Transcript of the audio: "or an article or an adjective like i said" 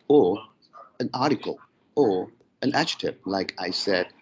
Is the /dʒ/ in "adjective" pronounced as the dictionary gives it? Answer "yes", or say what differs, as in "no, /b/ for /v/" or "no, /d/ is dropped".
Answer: no, /tʃ/ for /dʒ/